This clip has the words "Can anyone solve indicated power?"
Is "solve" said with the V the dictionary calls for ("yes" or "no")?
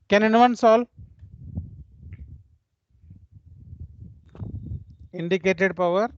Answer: no